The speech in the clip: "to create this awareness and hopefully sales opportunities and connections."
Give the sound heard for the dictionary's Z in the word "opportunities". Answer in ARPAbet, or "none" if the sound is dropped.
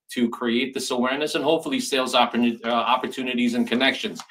Z